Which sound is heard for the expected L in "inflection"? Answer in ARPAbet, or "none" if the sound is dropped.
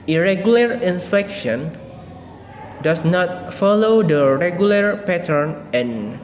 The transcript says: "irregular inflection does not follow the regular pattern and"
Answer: none